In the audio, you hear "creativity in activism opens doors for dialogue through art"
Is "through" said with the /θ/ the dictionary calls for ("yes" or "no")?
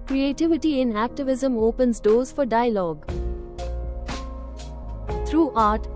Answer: no